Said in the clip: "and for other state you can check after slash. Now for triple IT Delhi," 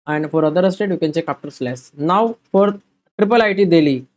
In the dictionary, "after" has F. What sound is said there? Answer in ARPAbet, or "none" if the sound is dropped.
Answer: P